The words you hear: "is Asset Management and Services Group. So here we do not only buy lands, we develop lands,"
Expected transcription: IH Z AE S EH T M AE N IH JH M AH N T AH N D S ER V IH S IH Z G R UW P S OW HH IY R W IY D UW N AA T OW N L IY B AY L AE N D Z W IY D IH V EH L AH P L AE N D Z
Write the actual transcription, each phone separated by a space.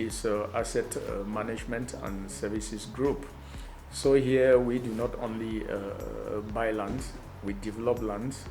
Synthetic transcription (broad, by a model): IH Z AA S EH T M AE N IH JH M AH N T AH N S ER V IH S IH S G R UW P S OW HH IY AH W IY D UW N AA T OW N L IY B AY L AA N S W IY D IH V EH L AH P L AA N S